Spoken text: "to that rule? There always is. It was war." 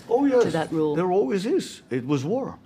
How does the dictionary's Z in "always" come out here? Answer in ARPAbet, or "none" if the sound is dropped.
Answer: Z